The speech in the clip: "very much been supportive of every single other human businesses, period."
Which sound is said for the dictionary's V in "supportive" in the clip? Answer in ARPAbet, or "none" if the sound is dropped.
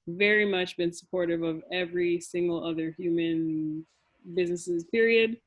V